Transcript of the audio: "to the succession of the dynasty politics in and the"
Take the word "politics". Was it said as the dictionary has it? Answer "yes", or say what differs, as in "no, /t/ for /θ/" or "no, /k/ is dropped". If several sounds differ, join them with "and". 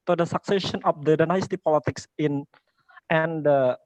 yes